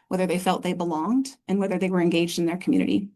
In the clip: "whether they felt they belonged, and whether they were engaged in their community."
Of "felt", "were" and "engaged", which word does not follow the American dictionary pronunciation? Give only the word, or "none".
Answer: none